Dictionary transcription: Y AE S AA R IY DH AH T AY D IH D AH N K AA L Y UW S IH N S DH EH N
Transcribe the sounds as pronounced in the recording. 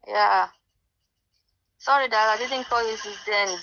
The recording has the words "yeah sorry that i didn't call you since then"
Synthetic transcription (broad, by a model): Y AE S AA R IY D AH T AY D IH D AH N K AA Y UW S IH S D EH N